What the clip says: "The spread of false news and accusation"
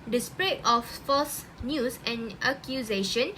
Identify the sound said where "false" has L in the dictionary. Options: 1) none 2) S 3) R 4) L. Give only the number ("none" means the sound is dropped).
1